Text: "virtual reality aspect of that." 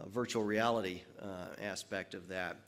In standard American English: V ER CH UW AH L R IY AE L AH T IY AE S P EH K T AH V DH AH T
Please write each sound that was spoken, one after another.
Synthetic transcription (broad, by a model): V ER CH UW L R IY AE L AH T IY AE S P EH K T AH V DH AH T